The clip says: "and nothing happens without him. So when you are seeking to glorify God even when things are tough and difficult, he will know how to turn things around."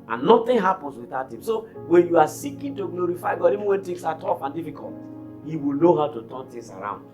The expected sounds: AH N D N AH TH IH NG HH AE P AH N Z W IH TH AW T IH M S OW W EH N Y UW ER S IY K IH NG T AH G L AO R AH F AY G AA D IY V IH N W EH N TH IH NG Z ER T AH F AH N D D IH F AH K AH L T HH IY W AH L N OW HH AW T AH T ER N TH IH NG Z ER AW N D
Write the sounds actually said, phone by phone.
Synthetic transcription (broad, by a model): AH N N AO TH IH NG HH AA P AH N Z W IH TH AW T IH M S OW W EH N Y UW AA S IY K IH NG T AH G L AO R AH F AY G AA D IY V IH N W EH N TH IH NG S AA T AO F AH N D D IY F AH K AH L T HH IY W AH L N OW HH AW T AH T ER N T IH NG S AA AW N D